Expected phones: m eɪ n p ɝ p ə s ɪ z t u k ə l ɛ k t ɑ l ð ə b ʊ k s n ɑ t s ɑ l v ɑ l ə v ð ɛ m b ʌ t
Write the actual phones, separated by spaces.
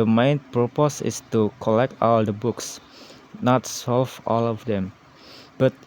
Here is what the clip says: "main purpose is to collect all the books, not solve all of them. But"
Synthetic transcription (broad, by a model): m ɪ n p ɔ p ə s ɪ s t u k ə l ɛ k t ɑ l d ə b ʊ k s n ɑ t s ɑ l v ɑ l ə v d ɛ m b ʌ t